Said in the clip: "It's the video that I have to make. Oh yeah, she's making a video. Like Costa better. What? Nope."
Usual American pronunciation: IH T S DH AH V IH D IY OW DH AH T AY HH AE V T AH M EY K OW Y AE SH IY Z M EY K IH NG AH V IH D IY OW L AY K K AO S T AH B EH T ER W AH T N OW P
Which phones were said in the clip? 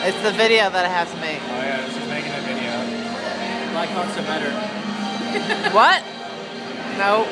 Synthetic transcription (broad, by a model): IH T S DH AH V IH D IY OW DH AH T AY HH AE F T AH M EY K OW Y AE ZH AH S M EY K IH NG AH V IH D IY OW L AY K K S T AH B EH T ER W AH T N OW